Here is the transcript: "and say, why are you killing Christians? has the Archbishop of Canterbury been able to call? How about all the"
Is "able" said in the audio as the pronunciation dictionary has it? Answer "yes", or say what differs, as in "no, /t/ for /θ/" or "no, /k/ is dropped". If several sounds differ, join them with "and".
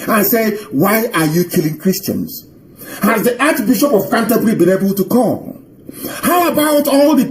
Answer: yes